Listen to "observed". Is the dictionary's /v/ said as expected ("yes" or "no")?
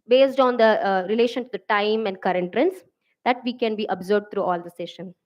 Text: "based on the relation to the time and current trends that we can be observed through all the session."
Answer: no